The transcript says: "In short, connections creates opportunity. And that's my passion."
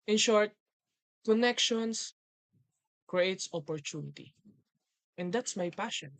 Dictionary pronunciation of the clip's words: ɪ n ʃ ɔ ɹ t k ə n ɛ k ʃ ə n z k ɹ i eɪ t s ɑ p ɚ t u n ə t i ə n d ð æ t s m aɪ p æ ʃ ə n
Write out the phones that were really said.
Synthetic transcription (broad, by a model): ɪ n ʃ ɔ ɹ t k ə n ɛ k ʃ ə n s k ɹ i eɪ t s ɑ p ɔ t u n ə t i ə n d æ t s m aɪ p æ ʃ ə n